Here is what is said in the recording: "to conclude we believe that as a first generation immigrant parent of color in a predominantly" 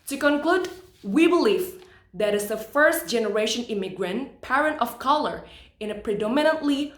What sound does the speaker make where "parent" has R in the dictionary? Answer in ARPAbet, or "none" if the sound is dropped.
R